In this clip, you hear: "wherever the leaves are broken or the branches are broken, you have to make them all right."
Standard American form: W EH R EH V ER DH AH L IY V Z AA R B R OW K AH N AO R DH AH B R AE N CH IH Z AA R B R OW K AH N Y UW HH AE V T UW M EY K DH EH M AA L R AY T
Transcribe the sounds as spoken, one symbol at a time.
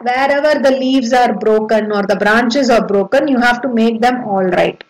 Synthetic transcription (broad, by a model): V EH R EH V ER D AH L IY V Z AA R B R OW K AH N AO R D AH B R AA N CH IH Z AA R B R OW K AH N Y UW HH AE V T UW M EY K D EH M AA L R AY T